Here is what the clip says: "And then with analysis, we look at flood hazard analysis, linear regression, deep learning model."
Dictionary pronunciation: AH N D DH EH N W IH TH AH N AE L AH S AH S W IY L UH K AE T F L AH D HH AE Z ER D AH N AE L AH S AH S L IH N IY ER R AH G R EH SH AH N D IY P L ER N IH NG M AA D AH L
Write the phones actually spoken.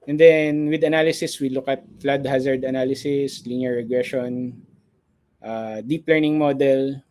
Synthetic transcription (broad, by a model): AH N D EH N W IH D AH N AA L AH S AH S W IY L UH K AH T F L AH D HH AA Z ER D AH N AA L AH S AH S L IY N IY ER R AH G R EH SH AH N D IY P L ER N IH NG M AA D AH L